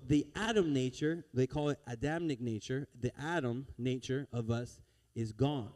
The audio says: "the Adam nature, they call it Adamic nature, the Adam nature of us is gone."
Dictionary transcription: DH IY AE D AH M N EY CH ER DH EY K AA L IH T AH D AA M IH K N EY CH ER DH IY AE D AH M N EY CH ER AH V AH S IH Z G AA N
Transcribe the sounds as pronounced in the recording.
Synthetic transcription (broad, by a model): DH IY AE D AH M N EY CH ER DH EY K AA L IH T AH D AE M IH K N EY CH ER DH IY AE D AH M N EY CH ER AH V AH S IH Z G AA N